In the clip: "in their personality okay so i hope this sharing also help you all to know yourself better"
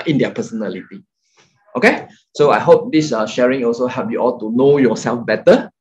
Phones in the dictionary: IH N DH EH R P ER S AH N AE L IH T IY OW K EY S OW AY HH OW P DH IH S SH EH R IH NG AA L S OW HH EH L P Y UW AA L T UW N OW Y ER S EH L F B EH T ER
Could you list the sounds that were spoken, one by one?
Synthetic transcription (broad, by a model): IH N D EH P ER S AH N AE L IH T IY OW K EY S OW AY HH OW P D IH S SH EH R IH NG AA L S OW HH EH P Y UW AA L T UW N OW Y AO S EH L F B EH T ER